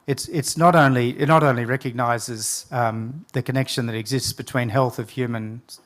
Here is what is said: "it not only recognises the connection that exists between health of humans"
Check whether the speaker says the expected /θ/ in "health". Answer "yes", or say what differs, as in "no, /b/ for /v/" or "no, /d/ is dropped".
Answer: yes